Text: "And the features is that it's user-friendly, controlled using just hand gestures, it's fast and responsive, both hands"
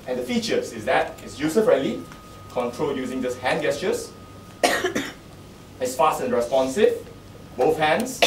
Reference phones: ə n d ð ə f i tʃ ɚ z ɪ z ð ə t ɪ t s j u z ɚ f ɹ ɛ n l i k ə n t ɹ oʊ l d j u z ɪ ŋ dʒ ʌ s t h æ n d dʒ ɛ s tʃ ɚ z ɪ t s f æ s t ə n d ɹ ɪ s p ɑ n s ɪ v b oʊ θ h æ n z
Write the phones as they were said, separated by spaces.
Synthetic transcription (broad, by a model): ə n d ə f i tʃ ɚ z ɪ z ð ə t ɪ t s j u s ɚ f ɹ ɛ l i k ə n t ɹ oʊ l j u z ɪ ŋ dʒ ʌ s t h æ n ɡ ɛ s tʃ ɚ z ɪ t s f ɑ s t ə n ɹ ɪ s p ɑ n s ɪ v b oʊ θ h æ n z